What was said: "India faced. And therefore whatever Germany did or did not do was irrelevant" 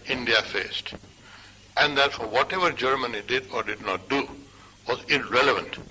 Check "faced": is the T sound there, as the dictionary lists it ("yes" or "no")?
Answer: yes